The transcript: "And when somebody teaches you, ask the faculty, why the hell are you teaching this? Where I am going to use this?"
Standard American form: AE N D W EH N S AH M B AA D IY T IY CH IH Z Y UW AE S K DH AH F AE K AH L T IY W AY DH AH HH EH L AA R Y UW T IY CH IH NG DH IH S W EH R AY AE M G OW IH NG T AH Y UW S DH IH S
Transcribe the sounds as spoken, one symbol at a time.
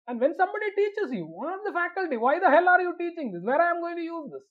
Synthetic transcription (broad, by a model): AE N D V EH N S AH M B AA D IY T IY CH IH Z Y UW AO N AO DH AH F AE K AH L T IY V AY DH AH HH EH L AA R Y UW T IY CH IH NG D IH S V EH R AY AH M G OW IH NG T AH Y UW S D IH S